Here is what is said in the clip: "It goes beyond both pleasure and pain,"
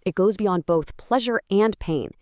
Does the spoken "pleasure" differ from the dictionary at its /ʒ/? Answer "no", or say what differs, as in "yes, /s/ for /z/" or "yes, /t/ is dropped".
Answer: no